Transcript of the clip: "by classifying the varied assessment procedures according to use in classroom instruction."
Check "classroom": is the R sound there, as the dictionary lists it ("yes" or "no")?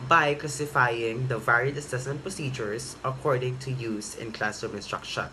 no